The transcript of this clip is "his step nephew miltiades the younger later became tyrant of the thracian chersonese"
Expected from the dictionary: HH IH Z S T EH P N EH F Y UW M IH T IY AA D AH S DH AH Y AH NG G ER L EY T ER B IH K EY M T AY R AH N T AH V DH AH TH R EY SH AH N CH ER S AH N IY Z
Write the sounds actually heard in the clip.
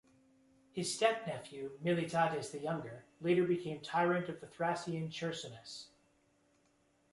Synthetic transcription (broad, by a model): HH IH Z S T EH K N EH F Y UW M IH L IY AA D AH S DH AH Y AH NG G ER L EY T ER B IH K EY M T AY R AH N T AH V DH AH TH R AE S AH N CH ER S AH N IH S